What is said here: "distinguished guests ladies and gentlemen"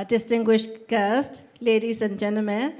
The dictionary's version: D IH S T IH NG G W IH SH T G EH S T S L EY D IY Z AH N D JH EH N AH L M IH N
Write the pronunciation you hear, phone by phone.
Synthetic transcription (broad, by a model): D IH S T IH NG G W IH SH T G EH S T L EY D IY S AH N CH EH N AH M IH